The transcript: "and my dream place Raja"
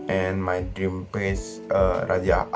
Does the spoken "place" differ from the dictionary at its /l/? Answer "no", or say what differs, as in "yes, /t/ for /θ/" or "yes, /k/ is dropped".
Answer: yes, /l/ is dropped